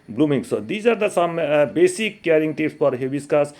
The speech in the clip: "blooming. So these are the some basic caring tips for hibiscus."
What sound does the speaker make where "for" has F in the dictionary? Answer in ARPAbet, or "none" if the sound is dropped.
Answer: P